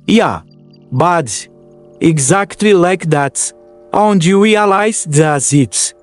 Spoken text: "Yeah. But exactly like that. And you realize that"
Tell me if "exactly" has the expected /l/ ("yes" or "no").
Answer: yes